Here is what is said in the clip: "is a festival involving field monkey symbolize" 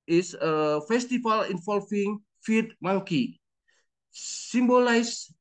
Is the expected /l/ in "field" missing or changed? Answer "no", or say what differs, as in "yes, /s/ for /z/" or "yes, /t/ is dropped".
yes, /l/ is dropped